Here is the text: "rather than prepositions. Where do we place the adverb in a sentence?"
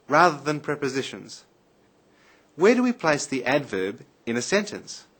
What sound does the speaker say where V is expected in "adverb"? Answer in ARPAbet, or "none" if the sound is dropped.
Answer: V